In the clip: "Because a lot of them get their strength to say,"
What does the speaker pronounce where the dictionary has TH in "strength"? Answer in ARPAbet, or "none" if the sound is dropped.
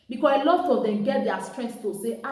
T